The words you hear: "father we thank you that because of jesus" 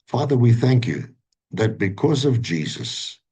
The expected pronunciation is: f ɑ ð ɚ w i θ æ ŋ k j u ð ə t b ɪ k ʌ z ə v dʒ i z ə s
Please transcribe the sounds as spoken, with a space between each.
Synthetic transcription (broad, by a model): f ɑ ð ɚ w i θ æ ŋ k j u ð ə t b ɪ k ʌ z ə v dʒ i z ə s